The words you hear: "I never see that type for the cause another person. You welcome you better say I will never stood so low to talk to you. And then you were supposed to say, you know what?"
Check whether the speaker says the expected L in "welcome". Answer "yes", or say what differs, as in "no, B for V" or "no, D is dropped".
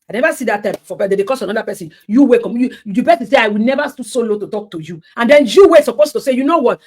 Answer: no, L is dropped